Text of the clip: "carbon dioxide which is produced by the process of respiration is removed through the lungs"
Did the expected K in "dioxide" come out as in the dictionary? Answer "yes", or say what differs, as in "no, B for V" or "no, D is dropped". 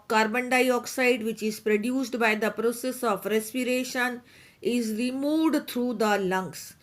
yes